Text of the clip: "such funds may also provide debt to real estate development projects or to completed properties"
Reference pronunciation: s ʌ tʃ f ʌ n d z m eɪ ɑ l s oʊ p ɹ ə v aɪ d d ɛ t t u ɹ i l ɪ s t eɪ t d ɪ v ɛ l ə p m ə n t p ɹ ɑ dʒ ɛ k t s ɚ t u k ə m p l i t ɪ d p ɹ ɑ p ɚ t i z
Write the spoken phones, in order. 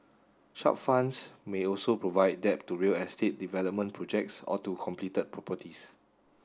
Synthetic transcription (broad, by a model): ʃ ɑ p f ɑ n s m eɪ ɑ l s oʊ p ɹ ə v aɪ d d ɛ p t u ɹ i l ɪ s t eɪ t d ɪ v ɛ l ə p m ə n p ɹ ɑ dʒ ɛ k t s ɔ t u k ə m p l i t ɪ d p ɹ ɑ p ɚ t i s